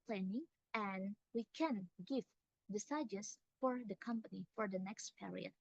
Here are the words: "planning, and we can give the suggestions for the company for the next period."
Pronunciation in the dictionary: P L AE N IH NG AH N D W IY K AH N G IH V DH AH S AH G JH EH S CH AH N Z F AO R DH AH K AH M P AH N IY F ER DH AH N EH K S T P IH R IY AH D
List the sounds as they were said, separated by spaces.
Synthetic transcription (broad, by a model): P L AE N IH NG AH N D W IY K AH N G IH V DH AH S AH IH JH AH Z F AO R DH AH K AH M P AH N IY F ER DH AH N EH K S T P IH R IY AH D